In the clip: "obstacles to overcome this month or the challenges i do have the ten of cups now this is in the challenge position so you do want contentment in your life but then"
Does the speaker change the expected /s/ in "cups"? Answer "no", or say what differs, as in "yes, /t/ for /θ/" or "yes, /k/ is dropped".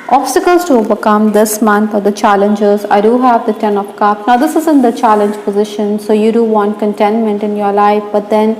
yes, /s/ is dropped